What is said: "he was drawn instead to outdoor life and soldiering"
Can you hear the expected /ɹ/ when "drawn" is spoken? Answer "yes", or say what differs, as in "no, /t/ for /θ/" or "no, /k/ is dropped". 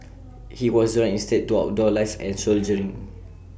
no, /ɹ/ is dropped